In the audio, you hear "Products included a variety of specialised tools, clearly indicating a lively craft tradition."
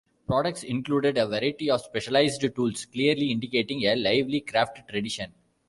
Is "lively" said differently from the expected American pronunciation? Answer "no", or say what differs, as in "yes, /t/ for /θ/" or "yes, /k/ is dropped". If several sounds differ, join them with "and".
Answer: no